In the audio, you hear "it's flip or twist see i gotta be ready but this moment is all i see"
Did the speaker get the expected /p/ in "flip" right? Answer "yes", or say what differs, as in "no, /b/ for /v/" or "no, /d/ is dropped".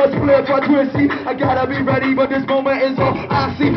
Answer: no, /f/ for /p/